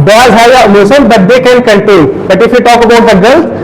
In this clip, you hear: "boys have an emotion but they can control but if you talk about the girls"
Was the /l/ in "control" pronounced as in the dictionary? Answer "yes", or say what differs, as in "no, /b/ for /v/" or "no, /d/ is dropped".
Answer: no, /n/ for /l/